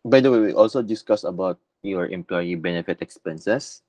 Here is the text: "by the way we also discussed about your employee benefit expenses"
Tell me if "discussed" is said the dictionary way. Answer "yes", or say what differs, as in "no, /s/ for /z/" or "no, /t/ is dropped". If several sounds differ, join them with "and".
no, /t/ is dropped